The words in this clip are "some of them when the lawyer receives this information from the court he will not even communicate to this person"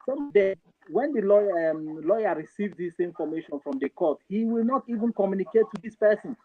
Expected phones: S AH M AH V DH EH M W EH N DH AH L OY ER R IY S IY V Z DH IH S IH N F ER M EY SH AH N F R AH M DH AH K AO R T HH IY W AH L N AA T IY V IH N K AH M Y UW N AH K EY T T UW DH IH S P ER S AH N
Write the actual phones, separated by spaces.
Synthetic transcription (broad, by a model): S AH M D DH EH W EH N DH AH L OY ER R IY S IY V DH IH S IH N F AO M EY SH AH N F R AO M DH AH K AO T HH IY W AH L N AA T IY V IH N K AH M Y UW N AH K EY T T UW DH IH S P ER S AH N